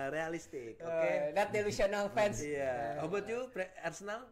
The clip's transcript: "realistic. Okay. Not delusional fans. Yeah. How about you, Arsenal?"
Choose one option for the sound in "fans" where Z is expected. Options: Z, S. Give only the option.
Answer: S